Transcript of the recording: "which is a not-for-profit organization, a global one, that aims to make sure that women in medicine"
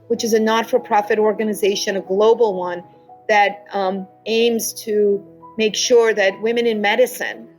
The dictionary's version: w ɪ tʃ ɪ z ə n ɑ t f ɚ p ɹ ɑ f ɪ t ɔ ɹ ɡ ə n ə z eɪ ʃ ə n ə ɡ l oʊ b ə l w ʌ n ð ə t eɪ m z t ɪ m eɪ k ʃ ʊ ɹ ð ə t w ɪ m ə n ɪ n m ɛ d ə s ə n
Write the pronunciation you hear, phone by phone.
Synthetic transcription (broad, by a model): w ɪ tʃ ɪ z ə n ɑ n f ɚ p ɹ ɑ f ɪ t ɔ ɹ ɡ ə n ə z eɪ ʃ ə n ə ɡ l oʊ b l w ʌ n ð ə t eɪ m z t ɪ m eɪ k ʃ ʊ ɹ ð ə t w ɪ m ə n ɪ n m ɛ d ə s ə n